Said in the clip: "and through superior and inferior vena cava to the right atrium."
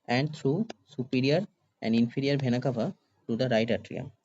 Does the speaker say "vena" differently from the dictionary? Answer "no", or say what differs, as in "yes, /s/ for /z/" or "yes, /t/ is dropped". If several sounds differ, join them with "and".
yes, /b/ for /v/